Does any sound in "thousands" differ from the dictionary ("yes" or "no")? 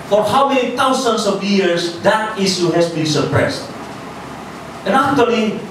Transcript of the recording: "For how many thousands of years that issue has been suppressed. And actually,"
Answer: yes